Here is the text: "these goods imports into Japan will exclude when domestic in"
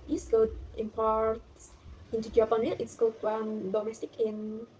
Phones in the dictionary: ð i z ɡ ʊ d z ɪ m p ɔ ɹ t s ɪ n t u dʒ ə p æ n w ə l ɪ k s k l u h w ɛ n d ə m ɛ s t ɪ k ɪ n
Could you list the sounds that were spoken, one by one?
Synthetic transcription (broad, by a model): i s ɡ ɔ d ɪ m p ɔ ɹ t ɪ n t u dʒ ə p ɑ n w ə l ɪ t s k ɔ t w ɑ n d ə m ɛ s t ɪ k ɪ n